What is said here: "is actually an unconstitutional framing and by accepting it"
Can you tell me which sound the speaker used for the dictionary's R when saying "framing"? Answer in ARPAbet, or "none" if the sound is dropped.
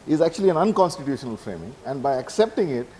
R